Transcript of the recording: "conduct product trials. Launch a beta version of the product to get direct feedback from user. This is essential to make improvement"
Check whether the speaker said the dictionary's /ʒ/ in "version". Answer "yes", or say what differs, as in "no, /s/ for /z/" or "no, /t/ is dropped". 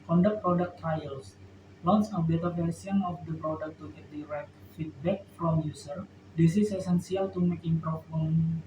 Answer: no, /s/ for /ʒ/